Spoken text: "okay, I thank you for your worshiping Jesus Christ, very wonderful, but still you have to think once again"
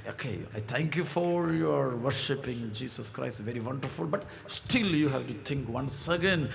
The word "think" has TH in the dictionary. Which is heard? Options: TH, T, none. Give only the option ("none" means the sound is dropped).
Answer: T